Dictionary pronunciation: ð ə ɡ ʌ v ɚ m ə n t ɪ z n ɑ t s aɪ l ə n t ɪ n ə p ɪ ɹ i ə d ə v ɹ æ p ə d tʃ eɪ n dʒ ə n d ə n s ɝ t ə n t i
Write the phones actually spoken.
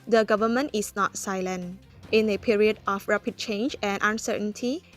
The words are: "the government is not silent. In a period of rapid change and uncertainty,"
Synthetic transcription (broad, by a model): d ə ɡ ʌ v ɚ m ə n t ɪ s n ɑ t s aɪ l ə n t ɪ n ə p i ɹ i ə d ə f ɹ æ p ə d tʃ eɪ n dʒ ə n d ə n s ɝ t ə n t i